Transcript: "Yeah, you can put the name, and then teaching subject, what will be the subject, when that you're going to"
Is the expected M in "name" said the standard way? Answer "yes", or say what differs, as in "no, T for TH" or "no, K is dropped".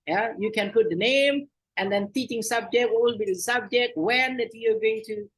yes